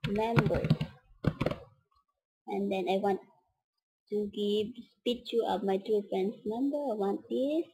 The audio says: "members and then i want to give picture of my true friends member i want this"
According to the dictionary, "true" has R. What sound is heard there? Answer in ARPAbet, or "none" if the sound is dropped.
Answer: none